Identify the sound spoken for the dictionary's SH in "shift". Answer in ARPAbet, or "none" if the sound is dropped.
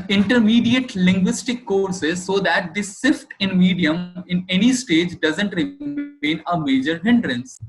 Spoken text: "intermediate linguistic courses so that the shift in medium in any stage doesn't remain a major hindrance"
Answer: S